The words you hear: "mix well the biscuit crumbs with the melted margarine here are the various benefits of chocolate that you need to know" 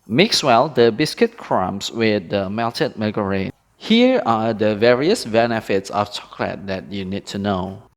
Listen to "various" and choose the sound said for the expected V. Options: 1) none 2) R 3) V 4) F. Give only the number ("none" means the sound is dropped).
3